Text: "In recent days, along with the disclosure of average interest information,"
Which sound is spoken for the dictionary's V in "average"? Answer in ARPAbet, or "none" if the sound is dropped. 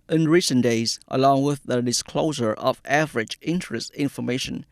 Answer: V